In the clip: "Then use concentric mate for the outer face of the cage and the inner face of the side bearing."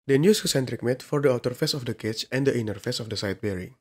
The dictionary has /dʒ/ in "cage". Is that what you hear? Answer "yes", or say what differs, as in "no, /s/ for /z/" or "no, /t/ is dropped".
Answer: no, /tʃ/ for /dʒ/